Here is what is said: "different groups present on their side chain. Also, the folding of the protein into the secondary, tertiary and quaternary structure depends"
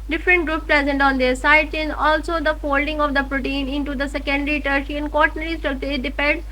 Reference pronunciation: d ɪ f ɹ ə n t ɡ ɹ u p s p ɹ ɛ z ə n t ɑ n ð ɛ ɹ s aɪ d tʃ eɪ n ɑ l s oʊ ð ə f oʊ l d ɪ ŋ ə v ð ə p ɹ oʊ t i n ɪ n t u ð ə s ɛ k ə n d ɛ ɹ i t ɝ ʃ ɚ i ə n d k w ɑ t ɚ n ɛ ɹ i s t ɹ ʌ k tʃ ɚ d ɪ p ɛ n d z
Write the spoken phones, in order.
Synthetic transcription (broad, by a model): d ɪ f ɹ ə n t ɡ ɹ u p p ɹ ɛ z ə n t ɑ n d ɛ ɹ s aɪ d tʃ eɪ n ɑ l s oʊ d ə f oʊ l d ɪ ŋ ə v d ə p ɹ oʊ t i n ɪ n t u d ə s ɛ k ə n d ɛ ɹ i t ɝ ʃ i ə n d k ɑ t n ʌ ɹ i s t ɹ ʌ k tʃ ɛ d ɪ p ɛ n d